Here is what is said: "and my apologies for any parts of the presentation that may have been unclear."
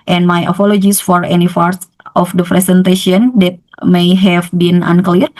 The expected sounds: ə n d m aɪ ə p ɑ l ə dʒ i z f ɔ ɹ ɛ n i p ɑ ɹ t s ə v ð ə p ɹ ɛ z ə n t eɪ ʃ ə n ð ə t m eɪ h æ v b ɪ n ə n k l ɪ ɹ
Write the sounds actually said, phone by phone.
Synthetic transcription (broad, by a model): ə n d m aɪ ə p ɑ l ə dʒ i s f ɔ ɹ ɛ n i f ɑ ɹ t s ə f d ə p ɹ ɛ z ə n t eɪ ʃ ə n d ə t m eɪ h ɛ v b ɪ n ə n k l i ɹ